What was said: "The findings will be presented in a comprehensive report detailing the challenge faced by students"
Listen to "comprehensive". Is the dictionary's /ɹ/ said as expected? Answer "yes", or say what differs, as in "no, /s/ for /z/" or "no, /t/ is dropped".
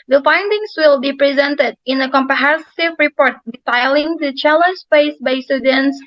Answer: no, /ɹ/ is dropped